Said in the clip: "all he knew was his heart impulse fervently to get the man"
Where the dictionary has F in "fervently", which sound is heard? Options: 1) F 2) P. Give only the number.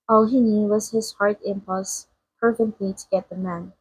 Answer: 2